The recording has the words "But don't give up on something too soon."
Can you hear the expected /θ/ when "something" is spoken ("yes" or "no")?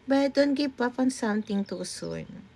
no